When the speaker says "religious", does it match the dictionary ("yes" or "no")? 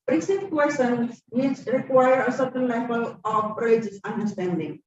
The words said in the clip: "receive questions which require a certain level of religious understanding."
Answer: no